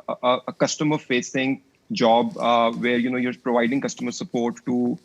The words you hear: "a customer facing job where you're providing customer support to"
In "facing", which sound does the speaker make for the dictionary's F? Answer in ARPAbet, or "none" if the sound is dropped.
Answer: F